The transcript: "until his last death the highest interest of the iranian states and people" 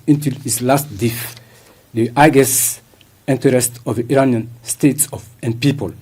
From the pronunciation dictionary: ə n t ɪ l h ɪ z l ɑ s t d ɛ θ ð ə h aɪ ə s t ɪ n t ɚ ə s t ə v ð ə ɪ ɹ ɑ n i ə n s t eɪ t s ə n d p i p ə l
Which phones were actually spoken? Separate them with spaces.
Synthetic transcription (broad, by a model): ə n t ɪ l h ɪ s l ɑ s t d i f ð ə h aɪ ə s ɪ n t ɚ ə s t ə v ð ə ɪ ɹ ɑ n i ə n s t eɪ t s ə n d p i p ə l